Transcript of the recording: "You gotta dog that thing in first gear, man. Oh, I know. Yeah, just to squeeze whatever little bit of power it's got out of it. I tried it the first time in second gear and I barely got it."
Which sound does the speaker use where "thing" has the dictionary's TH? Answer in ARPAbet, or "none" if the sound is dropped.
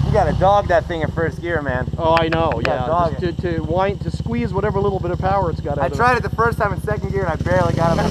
TH